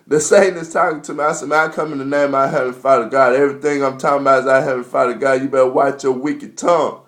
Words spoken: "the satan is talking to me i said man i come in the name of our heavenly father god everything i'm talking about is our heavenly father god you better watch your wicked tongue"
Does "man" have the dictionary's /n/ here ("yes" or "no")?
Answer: no